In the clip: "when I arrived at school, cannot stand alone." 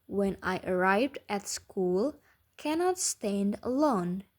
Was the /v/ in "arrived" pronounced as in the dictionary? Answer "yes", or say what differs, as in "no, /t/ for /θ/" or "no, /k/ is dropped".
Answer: yes